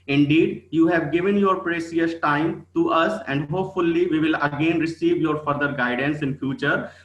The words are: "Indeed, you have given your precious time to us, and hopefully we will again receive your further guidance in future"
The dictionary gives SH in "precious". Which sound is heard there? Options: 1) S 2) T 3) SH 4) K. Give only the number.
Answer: 1